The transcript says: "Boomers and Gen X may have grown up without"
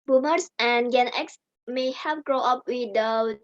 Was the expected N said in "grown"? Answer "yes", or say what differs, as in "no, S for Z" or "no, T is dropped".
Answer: no, N is dropped